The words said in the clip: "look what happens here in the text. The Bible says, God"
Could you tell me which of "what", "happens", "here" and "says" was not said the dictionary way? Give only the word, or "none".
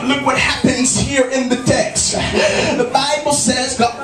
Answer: none